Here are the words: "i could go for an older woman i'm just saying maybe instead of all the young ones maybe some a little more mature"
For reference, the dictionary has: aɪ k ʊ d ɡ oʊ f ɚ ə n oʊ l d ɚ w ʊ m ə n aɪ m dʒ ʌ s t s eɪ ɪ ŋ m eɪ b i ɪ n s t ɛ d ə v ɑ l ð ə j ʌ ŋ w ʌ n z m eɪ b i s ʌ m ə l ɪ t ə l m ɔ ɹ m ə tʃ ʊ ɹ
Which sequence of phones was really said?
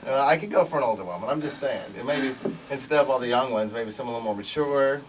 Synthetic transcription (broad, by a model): aɪ k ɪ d ɡ oʊ f ɚ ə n oʊ l d ɚ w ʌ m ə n aɪ m dʒ ʌ s t s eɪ ɪ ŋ m eɪ b i ɪ n s t ɛ d ə v ɑ l ð ə j ʌ ŋ w ʌ n z m eɪ b i s ʌ m ə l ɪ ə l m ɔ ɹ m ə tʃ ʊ ɹ